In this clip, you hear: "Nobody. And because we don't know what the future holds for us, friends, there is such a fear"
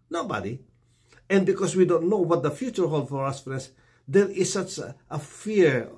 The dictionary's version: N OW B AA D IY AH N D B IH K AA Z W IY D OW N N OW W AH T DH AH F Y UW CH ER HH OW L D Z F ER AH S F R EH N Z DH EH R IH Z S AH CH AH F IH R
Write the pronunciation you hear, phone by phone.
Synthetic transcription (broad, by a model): N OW B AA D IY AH N B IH K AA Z W IY D OW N N OW W AH T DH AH F Y UW CH ER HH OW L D F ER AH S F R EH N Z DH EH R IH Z S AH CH AH F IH R